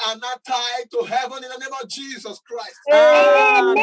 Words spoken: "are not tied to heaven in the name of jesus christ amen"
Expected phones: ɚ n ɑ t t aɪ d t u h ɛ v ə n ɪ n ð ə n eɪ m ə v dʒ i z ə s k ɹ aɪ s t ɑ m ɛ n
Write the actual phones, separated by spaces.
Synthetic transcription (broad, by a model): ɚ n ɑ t t aɪ d t u h ɛ v ə n ɪ n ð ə n eɪ m ə v dʒ i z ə s k ɹ aɪ s t